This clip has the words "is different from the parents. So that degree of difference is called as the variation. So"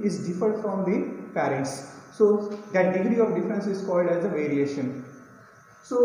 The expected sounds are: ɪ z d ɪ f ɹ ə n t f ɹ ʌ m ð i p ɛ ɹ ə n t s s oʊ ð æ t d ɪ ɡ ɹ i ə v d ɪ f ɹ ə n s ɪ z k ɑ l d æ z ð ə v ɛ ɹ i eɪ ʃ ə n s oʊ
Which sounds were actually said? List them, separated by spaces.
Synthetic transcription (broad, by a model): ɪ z d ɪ f ə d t f ɹ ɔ m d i p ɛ ɹ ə n t s s oʊ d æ t d ɪ ɡ ɹ i ə v d ɪ f ɹ ə n s ɪ z k ɑ l d æ z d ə v ɛ ɹ i eɪ ʃ ə n s oʊ